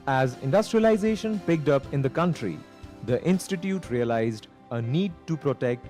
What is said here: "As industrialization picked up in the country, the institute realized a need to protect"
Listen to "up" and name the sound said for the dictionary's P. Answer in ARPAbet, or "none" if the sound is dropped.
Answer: P